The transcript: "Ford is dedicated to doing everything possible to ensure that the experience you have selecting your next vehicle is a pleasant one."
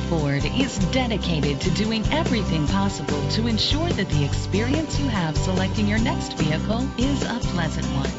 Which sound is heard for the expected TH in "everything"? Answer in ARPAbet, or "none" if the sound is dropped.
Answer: TH